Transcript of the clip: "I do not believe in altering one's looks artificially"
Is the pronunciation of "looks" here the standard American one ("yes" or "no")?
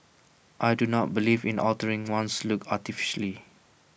no